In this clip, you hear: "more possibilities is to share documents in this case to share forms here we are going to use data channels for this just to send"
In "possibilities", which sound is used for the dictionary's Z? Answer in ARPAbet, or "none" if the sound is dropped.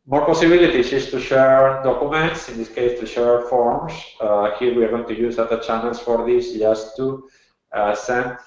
S